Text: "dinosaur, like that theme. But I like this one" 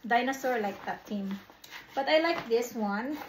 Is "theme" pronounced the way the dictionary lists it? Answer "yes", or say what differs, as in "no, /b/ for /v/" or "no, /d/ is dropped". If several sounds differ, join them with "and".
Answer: no, /t/ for /θ/